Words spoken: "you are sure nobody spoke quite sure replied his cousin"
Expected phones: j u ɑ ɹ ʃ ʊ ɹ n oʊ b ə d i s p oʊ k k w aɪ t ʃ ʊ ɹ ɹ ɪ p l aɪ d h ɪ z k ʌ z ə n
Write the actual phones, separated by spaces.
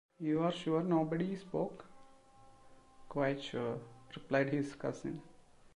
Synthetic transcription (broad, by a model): j u ɑ ɹ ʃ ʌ ɹ n oʊ b ə d i s p oʊ k k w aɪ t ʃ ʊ ɹ ɹ ɪ p l aɪ d h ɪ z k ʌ s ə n